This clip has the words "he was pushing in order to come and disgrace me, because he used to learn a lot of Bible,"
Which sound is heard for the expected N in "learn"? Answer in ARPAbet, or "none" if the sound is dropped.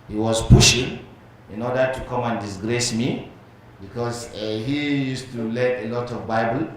none